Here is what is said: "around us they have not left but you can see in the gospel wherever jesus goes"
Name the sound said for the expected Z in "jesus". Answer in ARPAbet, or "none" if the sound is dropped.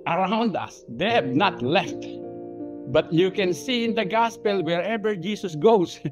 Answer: S